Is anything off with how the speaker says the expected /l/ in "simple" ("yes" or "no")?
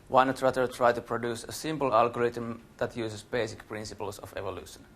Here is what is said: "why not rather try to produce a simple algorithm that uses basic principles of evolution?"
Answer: no